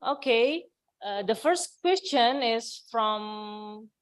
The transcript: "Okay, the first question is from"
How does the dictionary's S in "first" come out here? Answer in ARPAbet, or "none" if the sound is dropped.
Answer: S